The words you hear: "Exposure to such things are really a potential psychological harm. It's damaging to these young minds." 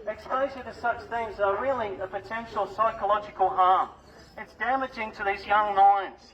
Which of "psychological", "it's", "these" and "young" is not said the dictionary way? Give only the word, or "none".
none